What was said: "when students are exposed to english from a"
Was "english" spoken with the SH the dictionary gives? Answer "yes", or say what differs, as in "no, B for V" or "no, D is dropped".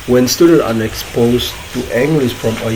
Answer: no, S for SH